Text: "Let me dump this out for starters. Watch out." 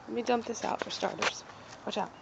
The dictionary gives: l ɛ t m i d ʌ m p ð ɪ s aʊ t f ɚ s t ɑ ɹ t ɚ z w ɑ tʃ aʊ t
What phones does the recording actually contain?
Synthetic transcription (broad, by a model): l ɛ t m i d ʌ m p ð ɪ s aʊ t f ɚ s t ɑ ɹ t ɚ z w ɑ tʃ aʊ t